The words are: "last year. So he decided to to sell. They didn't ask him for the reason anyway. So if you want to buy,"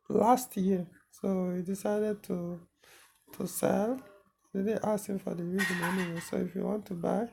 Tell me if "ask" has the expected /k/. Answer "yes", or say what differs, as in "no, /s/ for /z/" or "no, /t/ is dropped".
no, /k/ is dropped